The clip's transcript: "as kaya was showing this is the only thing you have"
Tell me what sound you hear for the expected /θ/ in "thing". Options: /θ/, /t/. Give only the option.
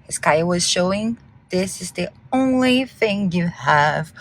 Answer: /θ/